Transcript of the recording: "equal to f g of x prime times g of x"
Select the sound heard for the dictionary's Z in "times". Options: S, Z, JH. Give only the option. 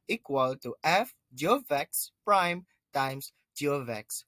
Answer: S